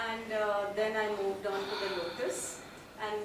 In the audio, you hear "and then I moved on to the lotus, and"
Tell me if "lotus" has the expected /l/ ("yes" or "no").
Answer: no